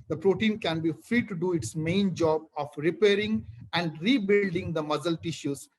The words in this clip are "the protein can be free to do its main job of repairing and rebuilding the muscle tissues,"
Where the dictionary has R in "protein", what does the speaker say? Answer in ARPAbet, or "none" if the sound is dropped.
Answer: R